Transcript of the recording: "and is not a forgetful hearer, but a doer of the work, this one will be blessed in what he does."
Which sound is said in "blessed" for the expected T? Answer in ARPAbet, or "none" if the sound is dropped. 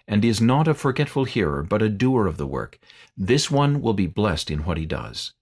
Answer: T